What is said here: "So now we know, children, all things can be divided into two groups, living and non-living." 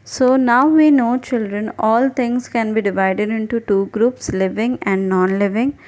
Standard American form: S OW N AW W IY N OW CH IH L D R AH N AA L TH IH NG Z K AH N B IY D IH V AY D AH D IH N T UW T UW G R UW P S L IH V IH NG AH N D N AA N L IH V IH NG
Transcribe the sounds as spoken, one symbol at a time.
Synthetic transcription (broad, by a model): S OW N AW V IY N OW CH IH L D R AH N AA L T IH NG S K AH N B IY D IH V AY D AH D IH N T UW T UW G R UW P S L IH V IH NG AH N D N AA N L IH V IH NG